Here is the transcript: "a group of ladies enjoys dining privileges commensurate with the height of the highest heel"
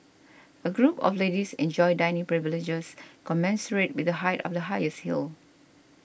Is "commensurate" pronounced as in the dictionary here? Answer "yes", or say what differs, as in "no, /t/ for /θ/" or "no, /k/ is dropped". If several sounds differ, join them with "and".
yes